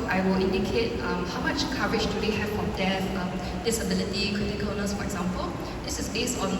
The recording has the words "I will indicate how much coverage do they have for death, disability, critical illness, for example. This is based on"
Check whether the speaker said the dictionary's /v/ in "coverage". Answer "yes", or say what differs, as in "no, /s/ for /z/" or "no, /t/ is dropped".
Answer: no, /v/ is dropped